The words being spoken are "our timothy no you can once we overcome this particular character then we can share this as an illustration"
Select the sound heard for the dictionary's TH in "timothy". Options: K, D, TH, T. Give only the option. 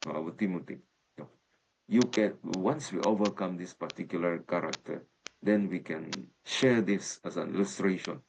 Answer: T